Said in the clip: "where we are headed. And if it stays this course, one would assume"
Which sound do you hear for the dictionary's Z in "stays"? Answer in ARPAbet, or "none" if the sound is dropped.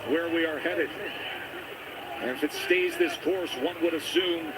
Z